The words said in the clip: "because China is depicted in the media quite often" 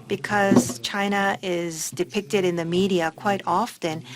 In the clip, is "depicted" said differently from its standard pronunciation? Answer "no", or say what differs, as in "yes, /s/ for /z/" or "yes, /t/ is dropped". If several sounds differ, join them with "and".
no